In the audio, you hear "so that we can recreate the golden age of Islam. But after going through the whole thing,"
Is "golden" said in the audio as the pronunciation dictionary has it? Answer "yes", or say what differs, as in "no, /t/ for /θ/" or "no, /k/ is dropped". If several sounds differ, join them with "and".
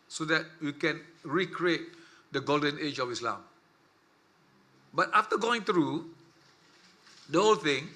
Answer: yes